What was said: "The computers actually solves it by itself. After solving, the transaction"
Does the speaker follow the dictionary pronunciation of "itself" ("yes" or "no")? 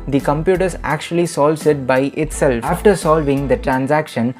no